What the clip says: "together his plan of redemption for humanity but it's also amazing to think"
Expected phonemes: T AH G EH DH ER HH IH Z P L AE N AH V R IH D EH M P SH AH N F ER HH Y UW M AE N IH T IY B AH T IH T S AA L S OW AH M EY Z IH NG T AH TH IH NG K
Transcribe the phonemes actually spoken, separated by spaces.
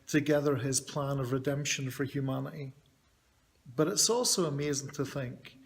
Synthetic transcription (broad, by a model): T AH G EH DH ER IH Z P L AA N AH V R IH D EH M P SH AH N F ER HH Y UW M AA N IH T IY B AH T IH T S AA L S OW AH M EY Z IH NG T AH TH IH NG K